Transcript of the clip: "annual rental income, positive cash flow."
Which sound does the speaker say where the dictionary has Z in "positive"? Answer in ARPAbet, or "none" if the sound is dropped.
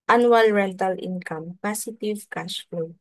S